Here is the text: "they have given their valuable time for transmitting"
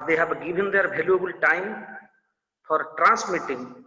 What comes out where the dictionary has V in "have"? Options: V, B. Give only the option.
B